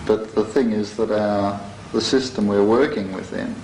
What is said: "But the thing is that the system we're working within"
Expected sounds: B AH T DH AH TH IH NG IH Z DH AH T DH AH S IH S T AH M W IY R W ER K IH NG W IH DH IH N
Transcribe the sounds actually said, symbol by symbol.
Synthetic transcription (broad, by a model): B AH T DH AH TH IH NG IH Z DH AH T DH AH S IH S T AH M W IY R W ER K IH NG W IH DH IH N